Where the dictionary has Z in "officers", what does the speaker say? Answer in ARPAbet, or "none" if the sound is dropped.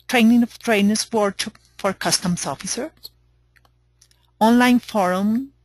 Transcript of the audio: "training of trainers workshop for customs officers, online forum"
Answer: none